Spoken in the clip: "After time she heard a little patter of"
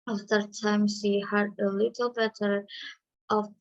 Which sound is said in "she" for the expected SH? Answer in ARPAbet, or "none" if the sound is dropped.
S